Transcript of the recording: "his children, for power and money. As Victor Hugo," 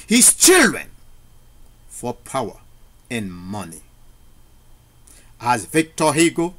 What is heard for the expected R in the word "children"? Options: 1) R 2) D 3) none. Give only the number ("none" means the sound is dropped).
1